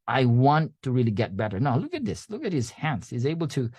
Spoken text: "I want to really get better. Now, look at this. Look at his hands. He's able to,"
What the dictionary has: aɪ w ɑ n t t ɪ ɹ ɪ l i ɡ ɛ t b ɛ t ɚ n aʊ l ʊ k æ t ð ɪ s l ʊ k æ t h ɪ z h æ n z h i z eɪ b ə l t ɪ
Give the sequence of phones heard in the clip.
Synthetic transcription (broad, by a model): aɪ w ɑ n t t ɪ ɹ ɪ l i ɡ ɛ t b ɛ t ɚ n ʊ l ʊ k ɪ t ð ɪ s l ʊ k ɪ t h ɪ z h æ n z h i z eɪ b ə l t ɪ